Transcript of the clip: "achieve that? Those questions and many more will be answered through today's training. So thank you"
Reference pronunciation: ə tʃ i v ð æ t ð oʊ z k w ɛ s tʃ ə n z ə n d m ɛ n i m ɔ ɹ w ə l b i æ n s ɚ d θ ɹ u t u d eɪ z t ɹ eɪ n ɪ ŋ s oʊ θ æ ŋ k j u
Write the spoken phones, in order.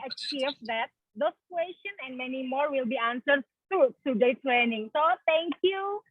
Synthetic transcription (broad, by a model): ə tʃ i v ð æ t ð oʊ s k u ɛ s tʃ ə n ə n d m ɛ n i m ɔ ɹ w ə l b i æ n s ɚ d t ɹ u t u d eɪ t ɹ eɪ n ɪ ŋ s oʊ t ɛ ŋ k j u